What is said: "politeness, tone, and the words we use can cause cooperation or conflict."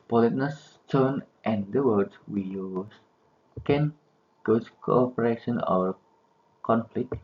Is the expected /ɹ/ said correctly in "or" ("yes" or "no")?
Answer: no